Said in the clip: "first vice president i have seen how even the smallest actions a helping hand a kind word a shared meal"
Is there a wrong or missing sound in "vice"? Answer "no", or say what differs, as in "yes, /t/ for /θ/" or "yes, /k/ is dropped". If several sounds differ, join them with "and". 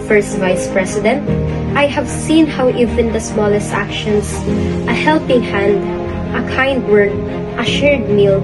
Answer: no